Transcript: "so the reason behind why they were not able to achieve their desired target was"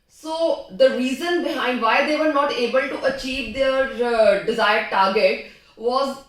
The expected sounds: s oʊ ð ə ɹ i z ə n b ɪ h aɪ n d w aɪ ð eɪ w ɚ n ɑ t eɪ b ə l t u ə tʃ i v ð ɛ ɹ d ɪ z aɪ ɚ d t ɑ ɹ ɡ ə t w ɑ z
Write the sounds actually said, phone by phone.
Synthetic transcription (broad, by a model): s oʊ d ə ɹ i z ə n b ɪ h aɪ n d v aɪ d eɪ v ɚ n ɑ t eɪ b ə l t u ə tʃ i v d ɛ ɹ d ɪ z aɪ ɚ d t ɑ ɹ ɡ ə t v ɑ z